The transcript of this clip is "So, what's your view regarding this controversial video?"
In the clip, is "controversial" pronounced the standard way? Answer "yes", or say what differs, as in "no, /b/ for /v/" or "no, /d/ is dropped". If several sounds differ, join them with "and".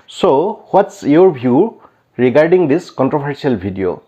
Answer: no, /s/ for /ʃ/